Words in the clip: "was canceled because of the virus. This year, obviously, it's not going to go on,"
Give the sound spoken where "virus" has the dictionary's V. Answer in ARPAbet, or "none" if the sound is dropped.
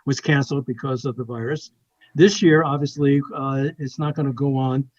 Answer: V